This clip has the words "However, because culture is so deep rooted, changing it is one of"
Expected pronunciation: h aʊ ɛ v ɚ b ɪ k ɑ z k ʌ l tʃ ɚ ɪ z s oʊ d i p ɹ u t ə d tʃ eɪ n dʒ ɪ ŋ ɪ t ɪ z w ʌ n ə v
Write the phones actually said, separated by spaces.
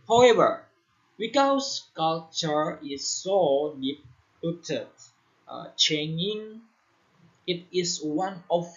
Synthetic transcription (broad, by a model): h aʊ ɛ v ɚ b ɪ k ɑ s k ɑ l tʃ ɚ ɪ s oʊ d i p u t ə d tʃ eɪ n ɪ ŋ ɪ t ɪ s w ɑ n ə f